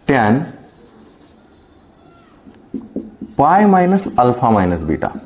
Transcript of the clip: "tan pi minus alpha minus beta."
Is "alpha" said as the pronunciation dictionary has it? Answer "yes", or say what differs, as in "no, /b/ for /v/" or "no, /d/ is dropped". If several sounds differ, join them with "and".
no, /p/ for /f/